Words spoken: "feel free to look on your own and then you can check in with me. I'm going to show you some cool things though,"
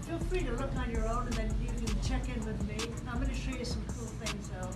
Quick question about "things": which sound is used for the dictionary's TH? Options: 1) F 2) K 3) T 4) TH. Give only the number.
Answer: 4